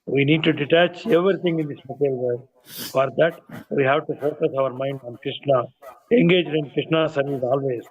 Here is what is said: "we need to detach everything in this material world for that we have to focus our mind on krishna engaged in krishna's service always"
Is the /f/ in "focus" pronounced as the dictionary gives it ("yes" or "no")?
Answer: no